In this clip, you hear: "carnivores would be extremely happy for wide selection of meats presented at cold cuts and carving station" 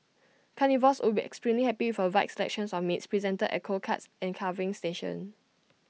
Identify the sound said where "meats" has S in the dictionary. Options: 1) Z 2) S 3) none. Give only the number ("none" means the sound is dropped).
2